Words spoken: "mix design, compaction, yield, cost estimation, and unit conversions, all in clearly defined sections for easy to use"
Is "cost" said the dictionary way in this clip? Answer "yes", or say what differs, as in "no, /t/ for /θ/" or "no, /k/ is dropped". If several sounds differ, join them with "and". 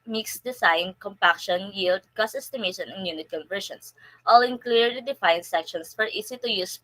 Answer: no, /t/ is dropped